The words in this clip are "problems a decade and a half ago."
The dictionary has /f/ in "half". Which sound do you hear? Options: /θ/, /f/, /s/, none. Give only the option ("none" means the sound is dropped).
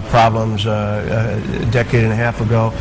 /f/